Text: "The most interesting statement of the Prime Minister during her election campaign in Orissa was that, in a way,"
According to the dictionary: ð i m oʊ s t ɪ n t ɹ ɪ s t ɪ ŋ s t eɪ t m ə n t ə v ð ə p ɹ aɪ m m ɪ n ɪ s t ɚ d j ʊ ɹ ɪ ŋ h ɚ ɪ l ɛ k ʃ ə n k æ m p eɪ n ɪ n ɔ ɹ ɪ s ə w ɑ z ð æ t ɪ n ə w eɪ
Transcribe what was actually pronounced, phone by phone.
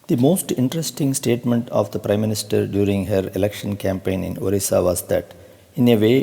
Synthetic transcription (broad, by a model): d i m oʊ s t ɪ n t ɹ ɪ s t ɪ ŋ s t eɪ t m ə n t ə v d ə p ɹ aɪ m m ɪ n ɪ s t ɚ d j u ɹ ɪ ŋ h ɚ ɪ l ɛ k ʃ ə n k æ m p eɪ n ɪ n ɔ ɹ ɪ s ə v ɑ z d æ t ɪ n ə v eɪ